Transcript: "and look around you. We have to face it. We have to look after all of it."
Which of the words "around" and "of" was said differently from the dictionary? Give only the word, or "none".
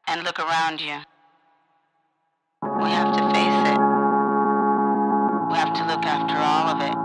none